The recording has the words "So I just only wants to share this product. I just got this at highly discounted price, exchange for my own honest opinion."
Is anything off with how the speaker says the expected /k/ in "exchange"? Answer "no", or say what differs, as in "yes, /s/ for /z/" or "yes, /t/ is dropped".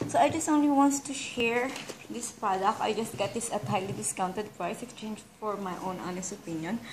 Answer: no